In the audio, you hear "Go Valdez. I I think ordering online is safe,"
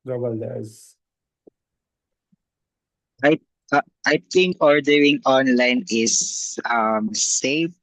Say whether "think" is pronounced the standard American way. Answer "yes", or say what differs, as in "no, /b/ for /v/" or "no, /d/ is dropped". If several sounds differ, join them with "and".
no, /t/ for /θ/